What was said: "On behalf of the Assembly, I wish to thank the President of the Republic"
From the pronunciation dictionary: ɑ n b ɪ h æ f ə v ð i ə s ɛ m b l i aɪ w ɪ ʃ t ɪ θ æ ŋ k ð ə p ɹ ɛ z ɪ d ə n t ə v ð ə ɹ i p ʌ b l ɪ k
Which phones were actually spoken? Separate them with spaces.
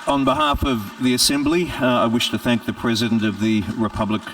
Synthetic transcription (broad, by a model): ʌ n b ɪ h æ f ə v ð i ə s ɛ m b l i aɪ w ɪ ʃ t ɪ θ æ ŋ k ð ə p ɹ ɛ z ɪ d ə n t ə v ð ə ɹ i p ʌ b l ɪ k